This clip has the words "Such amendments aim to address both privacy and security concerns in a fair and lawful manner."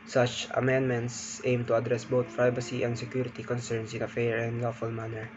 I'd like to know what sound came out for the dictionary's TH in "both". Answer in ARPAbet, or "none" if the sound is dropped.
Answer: T